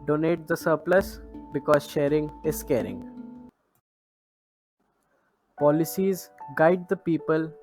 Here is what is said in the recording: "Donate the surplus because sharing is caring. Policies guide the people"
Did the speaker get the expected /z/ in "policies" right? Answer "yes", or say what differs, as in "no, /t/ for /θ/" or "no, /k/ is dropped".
yes